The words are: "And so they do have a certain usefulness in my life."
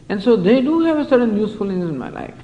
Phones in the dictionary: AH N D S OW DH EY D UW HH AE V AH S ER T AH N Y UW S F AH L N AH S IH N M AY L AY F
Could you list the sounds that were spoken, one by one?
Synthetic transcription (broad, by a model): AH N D S OW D EY D UW HH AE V AH S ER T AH N Y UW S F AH L AH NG IH N M AY L AY F